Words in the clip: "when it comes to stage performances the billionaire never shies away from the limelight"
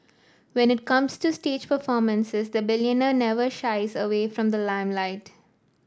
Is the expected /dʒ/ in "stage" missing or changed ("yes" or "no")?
no